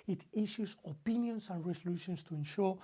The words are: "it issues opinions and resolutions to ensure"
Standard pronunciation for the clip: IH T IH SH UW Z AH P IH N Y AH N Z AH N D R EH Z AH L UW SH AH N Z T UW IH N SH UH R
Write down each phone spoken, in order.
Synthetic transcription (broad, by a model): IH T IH SH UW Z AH P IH N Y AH N S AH N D R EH S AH L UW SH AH N S T UW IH N SH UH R